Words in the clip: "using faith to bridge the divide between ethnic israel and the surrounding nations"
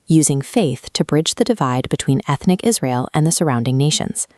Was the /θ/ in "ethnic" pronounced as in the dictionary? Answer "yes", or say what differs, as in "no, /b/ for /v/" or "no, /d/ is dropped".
yes